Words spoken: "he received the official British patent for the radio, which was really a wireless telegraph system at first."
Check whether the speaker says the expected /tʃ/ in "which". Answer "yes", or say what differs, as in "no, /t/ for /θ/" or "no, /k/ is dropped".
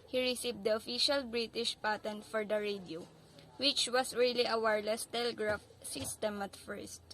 yes